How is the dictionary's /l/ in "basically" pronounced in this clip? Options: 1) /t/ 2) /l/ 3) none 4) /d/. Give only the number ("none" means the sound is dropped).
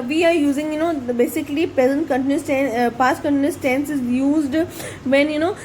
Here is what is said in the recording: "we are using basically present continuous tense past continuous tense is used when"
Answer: 2